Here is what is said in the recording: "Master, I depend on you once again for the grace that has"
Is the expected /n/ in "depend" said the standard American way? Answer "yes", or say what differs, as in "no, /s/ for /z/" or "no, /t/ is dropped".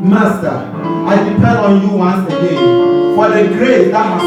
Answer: no, /n/ is dropped